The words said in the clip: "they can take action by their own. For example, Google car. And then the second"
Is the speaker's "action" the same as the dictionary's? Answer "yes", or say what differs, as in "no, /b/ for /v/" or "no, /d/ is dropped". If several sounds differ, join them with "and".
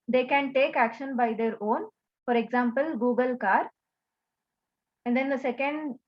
yes